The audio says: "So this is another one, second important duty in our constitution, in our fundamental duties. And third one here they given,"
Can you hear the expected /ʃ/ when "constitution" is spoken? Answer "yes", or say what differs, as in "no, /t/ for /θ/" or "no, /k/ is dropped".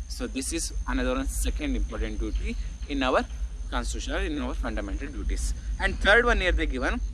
no, /ʃ/ is dropped